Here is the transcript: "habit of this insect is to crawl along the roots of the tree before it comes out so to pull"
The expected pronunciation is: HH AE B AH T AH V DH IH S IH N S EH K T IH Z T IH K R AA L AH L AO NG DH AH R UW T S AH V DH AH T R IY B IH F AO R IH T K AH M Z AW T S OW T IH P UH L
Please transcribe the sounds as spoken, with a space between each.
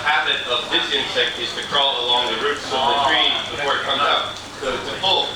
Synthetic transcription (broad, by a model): HH AE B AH T AH V DH IH S IH N S EH K T IH Z T IH K R AA L AH L AO NG DH AH R UW T S AH V DH AH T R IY B IH F AO R IH T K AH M AH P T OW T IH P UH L